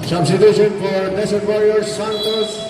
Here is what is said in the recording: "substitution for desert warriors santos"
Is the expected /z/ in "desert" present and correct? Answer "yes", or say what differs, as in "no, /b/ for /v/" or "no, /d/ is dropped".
no, /s/ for /z/